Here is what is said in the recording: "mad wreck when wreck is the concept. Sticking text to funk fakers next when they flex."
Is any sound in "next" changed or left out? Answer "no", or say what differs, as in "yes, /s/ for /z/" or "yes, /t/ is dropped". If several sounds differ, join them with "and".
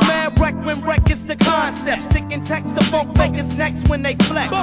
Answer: no